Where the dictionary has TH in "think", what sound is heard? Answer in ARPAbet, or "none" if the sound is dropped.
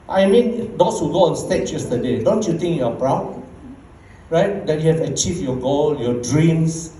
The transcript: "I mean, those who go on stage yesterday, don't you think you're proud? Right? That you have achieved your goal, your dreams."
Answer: T